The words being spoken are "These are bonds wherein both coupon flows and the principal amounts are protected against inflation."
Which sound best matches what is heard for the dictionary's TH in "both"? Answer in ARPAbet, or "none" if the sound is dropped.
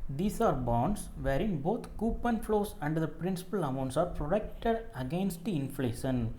T